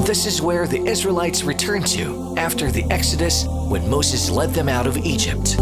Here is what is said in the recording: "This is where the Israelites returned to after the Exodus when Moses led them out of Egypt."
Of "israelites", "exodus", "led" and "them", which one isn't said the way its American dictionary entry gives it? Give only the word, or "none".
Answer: none